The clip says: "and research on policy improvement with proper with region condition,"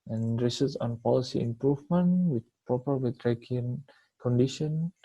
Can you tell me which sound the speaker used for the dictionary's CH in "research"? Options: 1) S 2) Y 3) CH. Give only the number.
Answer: 1